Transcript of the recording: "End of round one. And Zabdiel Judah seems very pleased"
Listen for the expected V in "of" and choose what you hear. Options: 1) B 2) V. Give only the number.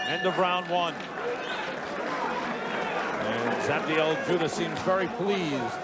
1